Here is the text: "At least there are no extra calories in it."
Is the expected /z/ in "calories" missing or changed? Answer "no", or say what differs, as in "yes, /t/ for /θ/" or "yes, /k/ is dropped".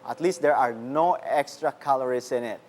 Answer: yes, /s/ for /z/